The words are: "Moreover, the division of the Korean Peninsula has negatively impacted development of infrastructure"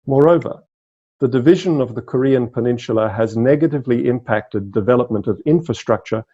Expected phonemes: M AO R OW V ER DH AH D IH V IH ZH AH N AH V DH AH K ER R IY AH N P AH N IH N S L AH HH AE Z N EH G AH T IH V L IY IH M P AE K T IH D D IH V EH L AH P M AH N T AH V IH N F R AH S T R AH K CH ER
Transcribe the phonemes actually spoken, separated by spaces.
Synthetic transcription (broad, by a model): M AO R OW V ER DH AH D IH V IH ZH AH N AH V DH AH K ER R IY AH N P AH N IH N SH L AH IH Z N EH G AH T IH V L IY IH M P AE K T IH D D IH V EH L AH P M AH N T AH V IH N F R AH S T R AH K CH ER